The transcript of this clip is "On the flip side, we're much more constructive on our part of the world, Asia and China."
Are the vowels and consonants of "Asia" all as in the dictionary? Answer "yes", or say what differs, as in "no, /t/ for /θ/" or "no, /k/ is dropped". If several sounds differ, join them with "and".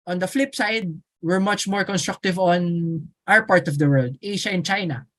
no, /ʃ/ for /ʒ/